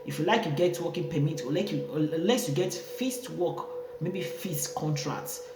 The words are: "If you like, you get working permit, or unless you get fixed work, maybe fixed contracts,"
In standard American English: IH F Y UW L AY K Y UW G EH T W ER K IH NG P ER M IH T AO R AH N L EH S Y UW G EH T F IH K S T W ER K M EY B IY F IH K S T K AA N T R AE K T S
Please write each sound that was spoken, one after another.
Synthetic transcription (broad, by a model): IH F Y UW L AY K Y UW G EH T W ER K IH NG P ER M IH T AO L AH N L EH S Y UW G EH T F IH S T W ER K M EY B IY F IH S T K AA N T R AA K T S